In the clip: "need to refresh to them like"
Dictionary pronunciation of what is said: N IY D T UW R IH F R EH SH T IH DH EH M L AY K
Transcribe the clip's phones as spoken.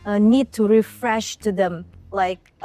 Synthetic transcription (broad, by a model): N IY D T UW R IH F R EH SH T IH DH EH M L AY K